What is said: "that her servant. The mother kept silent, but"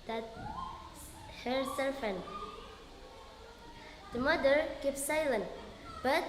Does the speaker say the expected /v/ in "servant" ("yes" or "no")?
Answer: no